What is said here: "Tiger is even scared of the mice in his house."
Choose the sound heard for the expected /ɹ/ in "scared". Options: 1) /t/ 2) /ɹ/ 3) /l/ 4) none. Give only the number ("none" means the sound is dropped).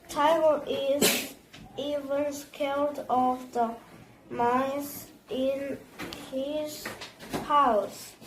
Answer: 3